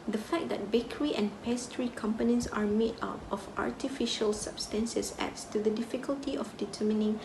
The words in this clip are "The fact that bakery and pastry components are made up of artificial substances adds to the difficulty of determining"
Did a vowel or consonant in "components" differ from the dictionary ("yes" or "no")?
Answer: no